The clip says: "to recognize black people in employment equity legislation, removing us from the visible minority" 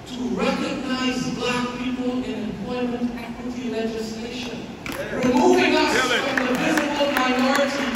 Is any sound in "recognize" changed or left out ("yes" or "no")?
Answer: no